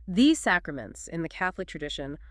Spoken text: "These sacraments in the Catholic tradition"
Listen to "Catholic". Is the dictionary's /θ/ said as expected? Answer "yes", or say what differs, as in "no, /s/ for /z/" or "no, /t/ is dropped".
yes